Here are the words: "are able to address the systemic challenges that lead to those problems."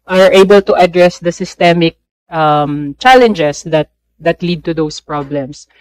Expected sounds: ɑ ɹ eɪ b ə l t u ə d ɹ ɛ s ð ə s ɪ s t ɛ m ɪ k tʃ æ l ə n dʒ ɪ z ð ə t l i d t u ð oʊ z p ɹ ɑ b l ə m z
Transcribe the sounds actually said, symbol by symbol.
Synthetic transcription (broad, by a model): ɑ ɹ eɪ b ə l t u ə d ɹ ɛ s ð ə s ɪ s t ɛ m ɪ k tʃ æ l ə n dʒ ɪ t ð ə t l i d t u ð oʊ s p ɹ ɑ b l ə m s